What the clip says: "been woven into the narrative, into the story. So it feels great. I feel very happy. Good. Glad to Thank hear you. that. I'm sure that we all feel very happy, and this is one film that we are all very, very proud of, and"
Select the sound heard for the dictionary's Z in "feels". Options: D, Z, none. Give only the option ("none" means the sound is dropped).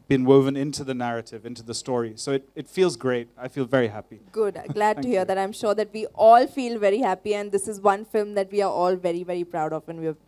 Z